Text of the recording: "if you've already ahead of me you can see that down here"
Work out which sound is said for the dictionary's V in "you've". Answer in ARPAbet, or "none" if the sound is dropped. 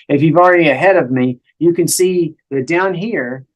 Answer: V